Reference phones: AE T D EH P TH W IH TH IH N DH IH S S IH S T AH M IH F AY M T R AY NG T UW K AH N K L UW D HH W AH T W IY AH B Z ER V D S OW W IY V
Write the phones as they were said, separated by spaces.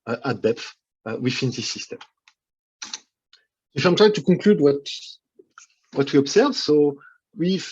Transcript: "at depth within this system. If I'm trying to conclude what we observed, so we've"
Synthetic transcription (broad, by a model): T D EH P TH W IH F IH N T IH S S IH S T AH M IH F AY M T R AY T UW K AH K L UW D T W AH T W IY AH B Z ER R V S OW W IY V